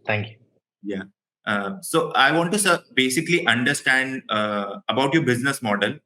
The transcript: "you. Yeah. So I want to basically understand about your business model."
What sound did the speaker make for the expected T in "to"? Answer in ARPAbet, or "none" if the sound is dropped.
S